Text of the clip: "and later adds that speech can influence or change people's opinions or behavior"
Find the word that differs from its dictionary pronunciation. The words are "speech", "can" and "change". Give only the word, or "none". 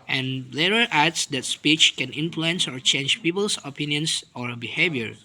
none